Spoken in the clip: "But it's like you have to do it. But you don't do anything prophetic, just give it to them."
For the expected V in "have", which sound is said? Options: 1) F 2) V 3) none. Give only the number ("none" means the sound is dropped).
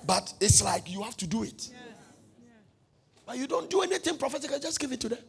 1